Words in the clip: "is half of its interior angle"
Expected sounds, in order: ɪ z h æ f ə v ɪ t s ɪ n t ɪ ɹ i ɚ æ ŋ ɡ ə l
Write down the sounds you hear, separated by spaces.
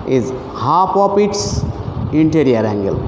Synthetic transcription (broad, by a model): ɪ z h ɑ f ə p ɪ t s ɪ n t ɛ ɹ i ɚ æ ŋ ɡ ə l